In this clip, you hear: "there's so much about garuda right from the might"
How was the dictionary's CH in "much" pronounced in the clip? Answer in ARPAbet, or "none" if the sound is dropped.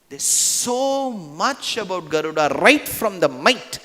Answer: CH